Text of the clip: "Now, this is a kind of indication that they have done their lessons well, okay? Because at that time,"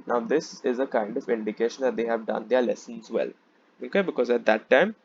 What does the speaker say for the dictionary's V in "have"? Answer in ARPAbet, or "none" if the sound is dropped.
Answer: V